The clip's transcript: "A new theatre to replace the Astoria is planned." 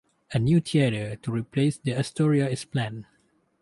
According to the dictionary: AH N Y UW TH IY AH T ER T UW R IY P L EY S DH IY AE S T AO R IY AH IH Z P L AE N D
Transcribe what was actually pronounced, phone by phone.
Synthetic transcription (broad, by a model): AH N Y UW T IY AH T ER T UW R IY P L EY S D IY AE S T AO R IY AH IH S P L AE N